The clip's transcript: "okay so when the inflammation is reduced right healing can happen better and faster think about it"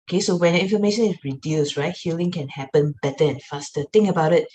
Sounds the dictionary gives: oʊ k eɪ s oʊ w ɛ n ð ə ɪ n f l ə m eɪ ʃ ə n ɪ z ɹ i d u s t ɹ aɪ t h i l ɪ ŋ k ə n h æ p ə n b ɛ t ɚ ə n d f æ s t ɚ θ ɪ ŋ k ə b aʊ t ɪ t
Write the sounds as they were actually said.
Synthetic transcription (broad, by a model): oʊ k eɪ s oʊ w ɛ n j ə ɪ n f ə m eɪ ʃ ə n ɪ s ɹ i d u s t ɹ aɪ t h i l ɪ ŋ k ə n h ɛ p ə n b ɛ t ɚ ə n f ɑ s t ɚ t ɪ ŋ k ə b aʊ t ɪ t